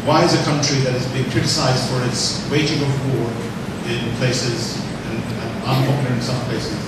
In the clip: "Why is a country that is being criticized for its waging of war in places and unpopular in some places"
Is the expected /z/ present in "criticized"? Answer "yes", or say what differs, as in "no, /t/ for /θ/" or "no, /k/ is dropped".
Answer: yes